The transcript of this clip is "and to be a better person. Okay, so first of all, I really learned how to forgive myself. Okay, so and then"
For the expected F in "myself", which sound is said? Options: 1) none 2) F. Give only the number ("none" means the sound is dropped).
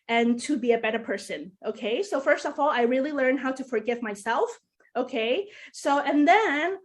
2